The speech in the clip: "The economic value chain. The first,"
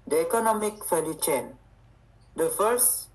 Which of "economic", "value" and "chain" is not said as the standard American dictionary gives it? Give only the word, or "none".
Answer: value